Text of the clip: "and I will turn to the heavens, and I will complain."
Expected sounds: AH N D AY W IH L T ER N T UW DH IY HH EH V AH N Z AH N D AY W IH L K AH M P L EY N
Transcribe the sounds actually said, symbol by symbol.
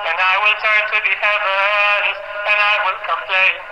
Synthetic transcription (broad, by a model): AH N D AY W IH L T ER N T UW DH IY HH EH AH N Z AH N AY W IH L K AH M P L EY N